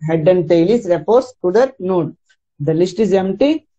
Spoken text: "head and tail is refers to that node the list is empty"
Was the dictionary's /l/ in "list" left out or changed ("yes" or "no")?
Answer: no